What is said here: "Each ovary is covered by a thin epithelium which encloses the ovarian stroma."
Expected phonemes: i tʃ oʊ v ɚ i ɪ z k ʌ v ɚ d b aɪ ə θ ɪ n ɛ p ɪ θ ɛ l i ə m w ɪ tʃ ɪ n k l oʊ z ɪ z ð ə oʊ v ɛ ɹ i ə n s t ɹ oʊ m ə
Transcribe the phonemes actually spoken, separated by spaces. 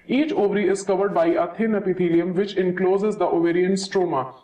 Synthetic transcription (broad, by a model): i tʃ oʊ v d i ɪ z k ʌ v ɚ d b aɪ ə t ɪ n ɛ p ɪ t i l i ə m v ɪ tʃ ɪ n k l oʊ z ɪ z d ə oʊ v ɛ ɹ i ə n s t ɹ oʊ m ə